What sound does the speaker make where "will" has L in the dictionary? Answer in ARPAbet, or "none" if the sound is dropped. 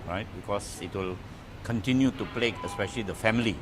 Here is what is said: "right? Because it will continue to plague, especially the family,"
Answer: L